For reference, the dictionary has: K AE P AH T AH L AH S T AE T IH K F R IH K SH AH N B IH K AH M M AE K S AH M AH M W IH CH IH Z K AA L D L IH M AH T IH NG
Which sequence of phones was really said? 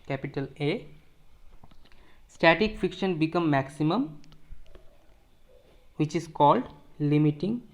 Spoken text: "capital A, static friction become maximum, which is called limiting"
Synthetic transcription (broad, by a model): K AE P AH T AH L AH S T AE T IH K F IY K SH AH N B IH K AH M M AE K S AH M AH M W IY CH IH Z K AA L D L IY M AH T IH NG